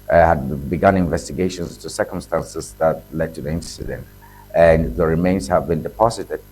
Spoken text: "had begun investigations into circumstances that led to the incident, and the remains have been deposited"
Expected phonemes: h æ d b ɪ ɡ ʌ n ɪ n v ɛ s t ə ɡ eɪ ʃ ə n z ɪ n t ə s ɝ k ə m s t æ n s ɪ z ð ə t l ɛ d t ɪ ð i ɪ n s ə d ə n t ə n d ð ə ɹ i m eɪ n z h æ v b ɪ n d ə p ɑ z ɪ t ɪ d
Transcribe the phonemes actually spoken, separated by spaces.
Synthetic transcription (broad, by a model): h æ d b ɪ ɡ ʌ n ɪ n v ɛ s t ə ɡ eɪ ʃ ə n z t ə s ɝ k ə m s t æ n s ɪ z ð ə t l ɛ d t ɪ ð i ɪ n s ə d ə n t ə n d ð ə ɹ i m eɪ n z h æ v b ɪ n d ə p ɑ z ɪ t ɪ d